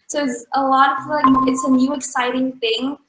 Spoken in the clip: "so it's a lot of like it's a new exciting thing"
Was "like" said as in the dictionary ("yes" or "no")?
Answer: no